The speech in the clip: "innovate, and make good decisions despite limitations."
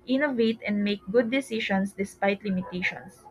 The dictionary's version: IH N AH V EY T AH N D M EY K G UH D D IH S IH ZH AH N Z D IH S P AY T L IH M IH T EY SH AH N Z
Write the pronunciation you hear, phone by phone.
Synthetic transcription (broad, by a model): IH N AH V EY T AH N D M EY K G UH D D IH S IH SH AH N S D IH S P AY T L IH M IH T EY SH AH N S